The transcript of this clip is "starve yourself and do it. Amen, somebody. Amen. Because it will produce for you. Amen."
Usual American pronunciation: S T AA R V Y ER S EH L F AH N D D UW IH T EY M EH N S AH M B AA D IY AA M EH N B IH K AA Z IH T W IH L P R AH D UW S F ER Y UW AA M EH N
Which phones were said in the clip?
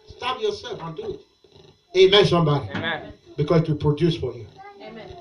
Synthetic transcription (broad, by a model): S T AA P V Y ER S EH L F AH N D D UW IH T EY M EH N S AH M B AA D IY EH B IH K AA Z IH T W IH L P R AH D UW S F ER Y UW